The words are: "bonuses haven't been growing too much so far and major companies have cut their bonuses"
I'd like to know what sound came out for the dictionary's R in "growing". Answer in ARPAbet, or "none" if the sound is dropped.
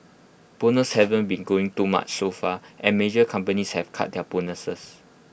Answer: none